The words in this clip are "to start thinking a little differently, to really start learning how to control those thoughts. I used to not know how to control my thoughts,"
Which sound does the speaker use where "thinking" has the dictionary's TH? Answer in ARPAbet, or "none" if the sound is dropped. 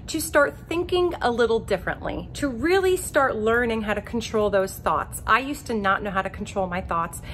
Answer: TH